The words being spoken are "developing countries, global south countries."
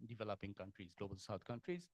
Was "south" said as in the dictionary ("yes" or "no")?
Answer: no